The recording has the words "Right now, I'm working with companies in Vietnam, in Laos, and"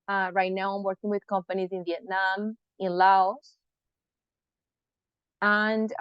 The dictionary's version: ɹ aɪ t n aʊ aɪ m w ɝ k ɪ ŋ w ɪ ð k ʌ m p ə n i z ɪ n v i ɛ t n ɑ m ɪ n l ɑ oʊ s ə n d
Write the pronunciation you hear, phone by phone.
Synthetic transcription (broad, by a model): ɹ aɪ t n aʊ aɪ m w ɝ k ɪ ŋ w ɪ ð k ʌ m p ə n i z ɪ n v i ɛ t n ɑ m ɪ n l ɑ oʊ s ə n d